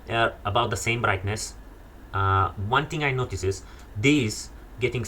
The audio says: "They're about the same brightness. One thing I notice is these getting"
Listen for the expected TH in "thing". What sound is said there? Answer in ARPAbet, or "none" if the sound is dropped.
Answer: T